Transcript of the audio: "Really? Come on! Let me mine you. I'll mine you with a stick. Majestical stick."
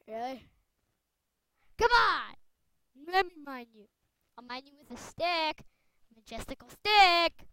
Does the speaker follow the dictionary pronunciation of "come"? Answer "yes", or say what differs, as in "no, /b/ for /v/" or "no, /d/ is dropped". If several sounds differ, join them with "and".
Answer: yes